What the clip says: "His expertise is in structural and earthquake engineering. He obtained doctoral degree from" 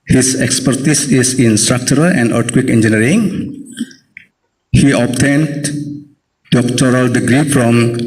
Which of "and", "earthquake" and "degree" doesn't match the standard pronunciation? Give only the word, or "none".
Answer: earthquake